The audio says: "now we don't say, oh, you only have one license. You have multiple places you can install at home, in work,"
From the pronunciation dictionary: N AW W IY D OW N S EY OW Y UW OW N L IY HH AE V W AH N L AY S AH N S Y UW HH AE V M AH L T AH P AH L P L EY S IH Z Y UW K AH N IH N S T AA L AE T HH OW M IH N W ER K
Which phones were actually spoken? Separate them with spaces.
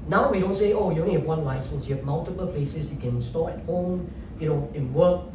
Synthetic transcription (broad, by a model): N AW W IY D OW N S EY OW Y UW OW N IY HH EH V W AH N L AY S AH N S Y UW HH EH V M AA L T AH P AH L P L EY S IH S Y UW K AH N N S T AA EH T HH OW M IH N W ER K